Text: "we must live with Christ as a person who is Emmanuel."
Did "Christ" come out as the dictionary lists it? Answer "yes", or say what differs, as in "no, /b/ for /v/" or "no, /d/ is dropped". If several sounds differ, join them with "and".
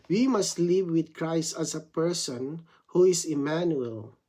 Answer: yes